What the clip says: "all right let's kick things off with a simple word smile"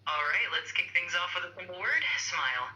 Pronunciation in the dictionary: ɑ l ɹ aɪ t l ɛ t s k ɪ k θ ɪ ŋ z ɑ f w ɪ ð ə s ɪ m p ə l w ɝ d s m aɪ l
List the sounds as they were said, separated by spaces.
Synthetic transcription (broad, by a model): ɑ l ɹ aɪ t l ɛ t s k ɪ k θ ɪ ŋ z ɑ f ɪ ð ə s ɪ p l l w ɝ d s m aɪ l